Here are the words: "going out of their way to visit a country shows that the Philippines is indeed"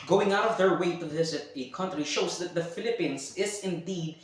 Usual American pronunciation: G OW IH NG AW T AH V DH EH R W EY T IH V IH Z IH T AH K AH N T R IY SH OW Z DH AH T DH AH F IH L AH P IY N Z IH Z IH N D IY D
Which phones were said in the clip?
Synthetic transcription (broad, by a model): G OW IH NG AW T AH V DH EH R W EY T IH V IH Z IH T AH K AH N T R IY SH OW Z DH AH T DH AH F IH L AH P IY N Z IH Z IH N D IY D